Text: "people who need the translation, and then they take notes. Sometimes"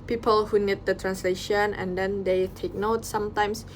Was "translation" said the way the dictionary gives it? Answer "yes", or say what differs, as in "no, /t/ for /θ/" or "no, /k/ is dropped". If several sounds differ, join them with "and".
yes